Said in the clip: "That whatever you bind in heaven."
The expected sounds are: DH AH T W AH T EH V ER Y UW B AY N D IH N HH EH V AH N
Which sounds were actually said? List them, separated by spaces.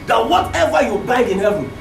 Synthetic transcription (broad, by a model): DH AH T W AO T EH V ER Y UW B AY D IH N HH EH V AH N